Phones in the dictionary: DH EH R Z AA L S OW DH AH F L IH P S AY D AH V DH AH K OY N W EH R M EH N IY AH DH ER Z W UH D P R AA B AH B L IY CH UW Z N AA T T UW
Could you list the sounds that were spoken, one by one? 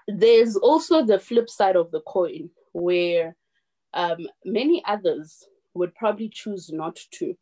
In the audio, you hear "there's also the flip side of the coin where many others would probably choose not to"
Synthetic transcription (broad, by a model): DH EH Z AA L S OW DH AH F L IH P S AY D AH V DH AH K OY N W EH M M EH N IY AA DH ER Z W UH D P R AA B AH B L IY CH UW Z N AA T T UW